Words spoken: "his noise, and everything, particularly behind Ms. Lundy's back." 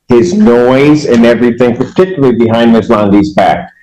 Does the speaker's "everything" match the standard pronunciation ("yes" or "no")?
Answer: yes